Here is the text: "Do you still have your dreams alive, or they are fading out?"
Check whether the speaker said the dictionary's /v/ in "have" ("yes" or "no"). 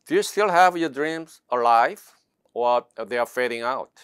yes